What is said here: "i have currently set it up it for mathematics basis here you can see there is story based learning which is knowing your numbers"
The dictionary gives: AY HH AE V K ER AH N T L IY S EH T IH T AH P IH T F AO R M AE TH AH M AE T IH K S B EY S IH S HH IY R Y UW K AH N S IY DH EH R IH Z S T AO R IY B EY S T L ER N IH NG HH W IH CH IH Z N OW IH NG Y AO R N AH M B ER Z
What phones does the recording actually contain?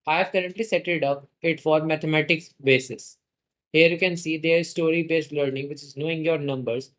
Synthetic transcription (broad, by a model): AY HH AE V K ER AH N T L IY S EH T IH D AH P IH T F AO R M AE T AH M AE T IH K S B EY S IH S HH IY R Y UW K AH N S IY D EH R IH Z S T AO R IY B EY S T L ER N IH NG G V IH CH IH Z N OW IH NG Y AO R N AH M B ER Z